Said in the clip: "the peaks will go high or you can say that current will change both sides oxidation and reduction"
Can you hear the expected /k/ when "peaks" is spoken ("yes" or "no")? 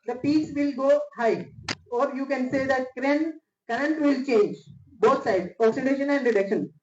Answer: no